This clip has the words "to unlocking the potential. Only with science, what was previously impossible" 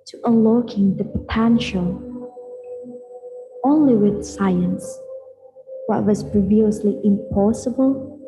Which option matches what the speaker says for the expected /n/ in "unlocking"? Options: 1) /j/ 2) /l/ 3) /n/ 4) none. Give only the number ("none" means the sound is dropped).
4